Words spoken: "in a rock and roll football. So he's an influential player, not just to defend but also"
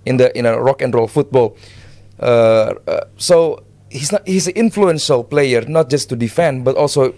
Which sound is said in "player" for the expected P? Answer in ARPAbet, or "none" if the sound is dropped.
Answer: P